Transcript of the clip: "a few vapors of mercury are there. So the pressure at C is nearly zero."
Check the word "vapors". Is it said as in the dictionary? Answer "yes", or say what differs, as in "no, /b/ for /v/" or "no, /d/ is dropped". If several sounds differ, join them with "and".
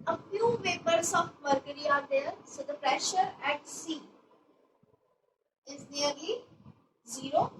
no, /b/ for /p/